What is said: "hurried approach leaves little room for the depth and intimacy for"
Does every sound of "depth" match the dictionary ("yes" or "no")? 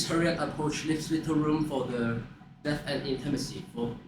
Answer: no